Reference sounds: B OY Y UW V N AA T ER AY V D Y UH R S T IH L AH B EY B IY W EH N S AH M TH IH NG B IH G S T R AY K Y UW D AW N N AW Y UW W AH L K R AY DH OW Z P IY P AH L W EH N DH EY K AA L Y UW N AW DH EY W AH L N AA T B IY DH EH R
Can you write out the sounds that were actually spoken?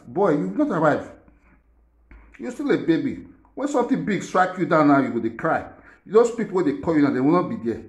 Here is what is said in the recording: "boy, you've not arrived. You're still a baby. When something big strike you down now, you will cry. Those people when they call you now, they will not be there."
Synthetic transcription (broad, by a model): B OY Y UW W N AA T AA AY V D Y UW S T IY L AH B EY B IY W EH N S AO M T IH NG B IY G S T R AY K Y UW D AW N N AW Y UW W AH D K R AY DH OW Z P IY P AH L W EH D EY K AA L Y UW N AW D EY W AH L N AA T B IY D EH